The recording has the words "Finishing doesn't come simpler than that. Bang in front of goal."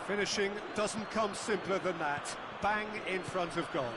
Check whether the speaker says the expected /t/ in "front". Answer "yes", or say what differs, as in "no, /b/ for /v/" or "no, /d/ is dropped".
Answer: yes